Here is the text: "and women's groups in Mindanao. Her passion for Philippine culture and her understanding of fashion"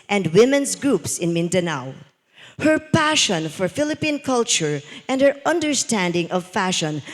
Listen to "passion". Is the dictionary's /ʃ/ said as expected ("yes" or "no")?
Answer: yes